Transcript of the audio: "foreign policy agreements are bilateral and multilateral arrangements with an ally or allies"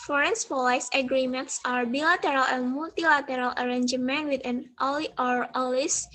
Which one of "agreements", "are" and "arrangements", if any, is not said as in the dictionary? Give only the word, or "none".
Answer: arrangements